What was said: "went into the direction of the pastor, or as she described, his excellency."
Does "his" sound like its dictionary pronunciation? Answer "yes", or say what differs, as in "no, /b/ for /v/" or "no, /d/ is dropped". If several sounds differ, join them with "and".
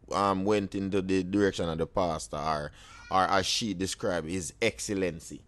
yes